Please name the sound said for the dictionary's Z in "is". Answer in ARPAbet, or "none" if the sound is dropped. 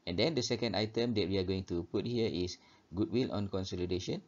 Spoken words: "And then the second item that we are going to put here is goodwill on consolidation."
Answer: S